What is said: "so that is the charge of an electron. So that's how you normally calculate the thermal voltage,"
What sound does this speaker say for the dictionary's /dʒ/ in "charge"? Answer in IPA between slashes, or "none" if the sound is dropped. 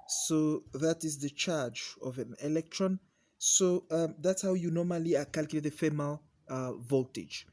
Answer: /dʒ/